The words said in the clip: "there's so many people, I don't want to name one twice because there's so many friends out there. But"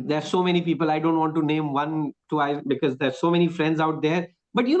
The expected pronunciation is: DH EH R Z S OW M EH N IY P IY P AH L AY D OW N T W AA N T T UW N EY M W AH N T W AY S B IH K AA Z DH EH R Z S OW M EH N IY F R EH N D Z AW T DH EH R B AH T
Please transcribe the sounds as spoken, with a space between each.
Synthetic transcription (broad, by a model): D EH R S OW M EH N IY P IY P AH L AY D OW N T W AA N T T UW N EY M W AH N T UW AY B IH K AA Z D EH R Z S OW M EH N IY F R EH N D Z AW T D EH R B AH T